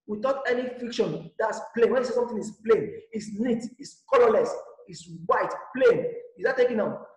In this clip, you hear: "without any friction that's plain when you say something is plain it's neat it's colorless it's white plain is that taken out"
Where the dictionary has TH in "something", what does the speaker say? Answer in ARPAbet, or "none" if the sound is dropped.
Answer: T